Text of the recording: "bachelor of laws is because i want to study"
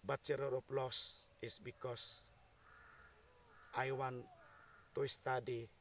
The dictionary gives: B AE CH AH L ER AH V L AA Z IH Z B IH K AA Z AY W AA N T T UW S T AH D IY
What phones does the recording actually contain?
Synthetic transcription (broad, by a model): B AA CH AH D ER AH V L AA S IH S B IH K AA S AY W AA N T T UW S T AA D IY